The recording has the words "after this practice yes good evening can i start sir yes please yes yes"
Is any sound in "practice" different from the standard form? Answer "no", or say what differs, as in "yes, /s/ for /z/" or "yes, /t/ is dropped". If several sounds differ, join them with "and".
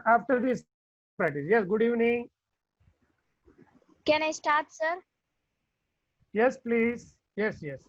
yes, /ɹ/ is dropped and /k/ is dropped